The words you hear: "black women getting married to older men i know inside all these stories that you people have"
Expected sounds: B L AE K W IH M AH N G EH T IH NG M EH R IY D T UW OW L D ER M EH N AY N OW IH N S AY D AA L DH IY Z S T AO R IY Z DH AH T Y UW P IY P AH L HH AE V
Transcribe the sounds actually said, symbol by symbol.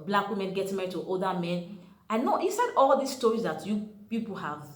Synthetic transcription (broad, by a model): B L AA K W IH M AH N G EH T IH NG M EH R IY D T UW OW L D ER M EH N AY N OW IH S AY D AA L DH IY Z S T AO R IY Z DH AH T Y UW P IY P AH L HH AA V